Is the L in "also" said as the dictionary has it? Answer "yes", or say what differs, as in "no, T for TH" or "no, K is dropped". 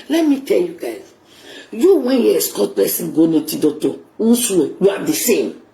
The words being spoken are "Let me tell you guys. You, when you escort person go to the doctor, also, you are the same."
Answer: no, N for L